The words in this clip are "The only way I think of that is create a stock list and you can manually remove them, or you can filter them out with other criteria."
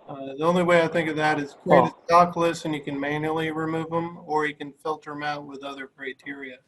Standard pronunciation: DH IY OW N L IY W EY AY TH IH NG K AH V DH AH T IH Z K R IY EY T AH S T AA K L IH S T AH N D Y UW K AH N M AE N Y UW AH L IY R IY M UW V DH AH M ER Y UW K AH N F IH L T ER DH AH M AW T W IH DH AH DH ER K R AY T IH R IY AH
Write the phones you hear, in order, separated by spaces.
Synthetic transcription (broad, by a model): DH IY OW N L IY W EY AY TH IH NG K AH V DH AH T IH Z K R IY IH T AH S T AA K L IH S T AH N Y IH K AH N M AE N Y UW L IY R IY M UW V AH M ER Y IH K AH N F IH L T ER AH M AW T W IH DH AH DH ER K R AY T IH R IY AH